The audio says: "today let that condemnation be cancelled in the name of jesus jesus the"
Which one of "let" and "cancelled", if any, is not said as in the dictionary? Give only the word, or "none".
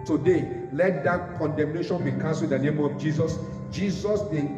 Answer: cancelled